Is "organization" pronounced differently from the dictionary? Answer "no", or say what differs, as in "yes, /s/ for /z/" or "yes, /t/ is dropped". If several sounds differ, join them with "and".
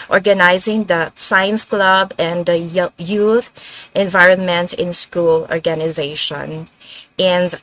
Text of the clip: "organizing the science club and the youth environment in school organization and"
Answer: no